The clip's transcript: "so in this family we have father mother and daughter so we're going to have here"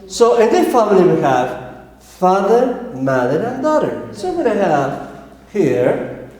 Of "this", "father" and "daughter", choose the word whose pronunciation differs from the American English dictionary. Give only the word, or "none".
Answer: this